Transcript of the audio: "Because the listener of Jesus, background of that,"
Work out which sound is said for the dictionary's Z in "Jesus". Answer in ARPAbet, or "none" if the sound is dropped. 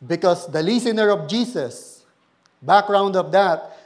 S